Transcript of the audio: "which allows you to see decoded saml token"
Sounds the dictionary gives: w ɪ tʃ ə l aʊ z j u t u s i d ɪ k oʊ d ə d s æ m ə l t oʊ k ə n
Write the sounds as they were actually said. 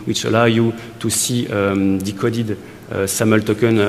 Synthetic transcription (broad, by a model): w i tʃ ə l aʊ j u t u s i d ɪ k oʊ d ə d s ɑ m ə l t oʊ k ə n